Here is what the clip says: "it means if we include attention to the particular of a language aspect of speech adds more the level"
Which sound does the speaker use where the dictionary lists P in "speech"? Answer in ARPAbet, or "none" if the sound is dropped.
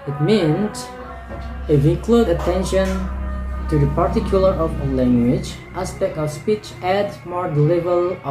P